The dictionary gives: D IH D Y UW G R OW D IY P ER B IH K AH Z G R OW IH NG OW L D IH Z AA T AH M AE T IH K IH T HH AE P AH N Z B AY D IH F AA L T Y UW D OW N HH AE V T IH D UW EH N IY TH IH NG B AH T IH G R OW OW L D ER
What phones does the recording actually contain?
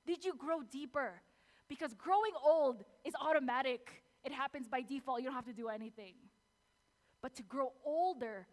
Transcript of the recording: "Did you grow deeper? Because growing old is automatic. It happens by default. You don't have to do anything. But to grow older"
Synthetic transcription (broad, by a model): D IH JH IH G R OW D IY P ER B IH K AH Z G R OW IH NG OW L D IH Z AA T AH M AE T IH K IH T HH AE P AH N Z B AY D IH F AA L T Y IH D OW N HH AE F T IH D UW EH N IY TH IH NG B AH T IH G R OW OW L D ER